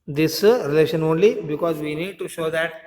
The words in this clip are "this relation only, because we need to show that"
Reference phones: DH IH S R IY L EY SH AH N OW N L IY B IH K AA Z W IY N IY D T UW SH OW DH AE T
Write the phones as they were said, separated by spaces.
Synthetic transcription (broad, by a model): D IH S R IY L EY SH AH N OW N L IY B IH K AA Z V IY N IY D T UW SH OW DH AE T